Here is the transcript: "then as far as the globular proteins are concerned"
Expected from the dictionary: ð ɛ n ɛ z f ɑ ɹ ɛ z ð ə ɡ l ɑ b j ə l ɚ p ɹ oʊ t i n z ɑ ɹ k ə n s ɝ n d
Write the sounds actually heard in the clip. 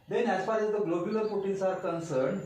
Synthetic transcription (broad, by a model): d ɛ n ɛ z f ɑ ɹ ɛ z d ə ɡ l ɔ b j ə l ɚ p oʊ t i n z ɑ ɹ k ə n s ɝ n d